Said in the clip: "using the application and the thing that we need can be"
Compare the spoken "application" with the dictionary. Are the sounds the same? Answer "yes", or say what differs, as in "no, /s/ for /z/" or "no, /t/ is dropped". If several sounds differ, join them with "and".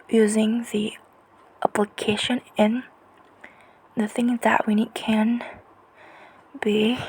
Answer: yes